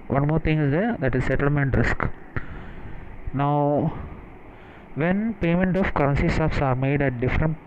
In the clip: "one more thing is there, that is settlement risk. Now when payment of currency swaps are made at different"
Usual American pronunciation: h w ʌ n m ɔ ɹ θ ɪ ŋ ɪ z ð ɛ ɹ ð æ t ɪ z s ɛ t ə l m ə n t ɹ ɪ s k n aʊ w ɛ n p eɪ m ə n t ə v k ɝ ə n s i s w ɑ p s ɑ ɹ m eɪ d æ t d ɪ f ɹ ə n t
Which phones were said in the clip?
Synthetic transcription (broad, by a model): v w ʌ n m ɔ ɹ t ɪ ŋ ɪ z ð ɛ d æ t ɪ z s ɛ t ə l m ə n t ɹ ɪ s k n aʊ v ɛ n p eɪ m ə n t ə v k ɝ ə n s i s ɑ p s ɑ ɹ m eɪ d æ t d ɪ f ɹ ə n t